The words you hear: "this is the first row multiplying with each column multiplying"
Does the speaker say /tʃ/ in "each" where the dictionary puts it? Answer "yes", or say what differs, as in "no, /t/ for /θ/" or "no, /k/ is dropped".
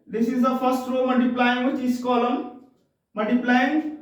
no, /s/ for /tʃ/